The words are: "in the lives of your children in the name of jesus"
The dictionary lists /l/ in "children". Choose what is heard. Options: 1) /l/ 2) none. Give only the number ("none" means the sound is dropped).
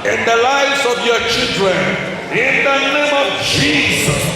1